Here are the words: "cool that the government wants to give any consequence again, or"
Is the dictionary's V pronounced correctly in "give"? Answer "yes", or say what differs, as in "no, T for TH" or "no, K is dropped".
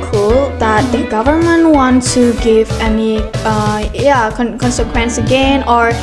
yes